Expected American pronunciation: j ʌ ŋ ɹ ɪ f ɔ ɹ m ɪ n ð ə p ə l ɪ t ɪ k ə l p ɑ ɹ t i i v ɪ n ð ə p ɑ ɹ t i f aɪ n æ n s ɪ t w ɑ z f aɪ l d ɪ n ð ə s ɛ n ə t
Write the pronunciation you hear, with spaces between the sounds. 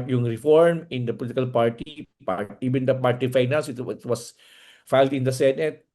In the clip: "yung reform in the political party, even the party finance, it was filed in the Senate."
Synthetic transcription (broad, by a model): j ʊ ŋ ɹ ɪ f ɔ ɹ m ɪ n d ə p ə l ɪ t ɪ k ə l p ɑ ɹ t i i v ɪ n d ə p ɑ ɹ t i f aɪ n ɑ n s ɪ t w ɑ s f aɪ l d ɪ n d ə s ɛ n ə t